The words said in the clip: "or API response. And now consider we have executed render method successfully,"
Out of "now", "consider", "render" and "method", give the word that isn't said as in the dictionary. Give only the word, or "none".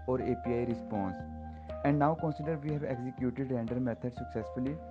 method